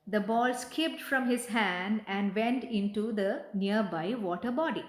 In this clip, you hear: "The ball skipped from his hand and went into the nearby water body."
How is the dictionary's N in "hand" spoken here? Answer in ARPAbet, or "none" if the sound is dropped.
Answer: N